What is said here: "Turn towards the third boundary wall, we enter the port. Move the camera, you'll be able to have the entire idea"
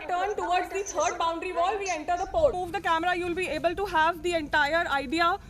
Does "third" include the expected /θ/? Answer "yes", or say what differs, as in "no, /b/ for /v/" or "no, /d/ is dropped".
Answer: no, /t/ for /θ/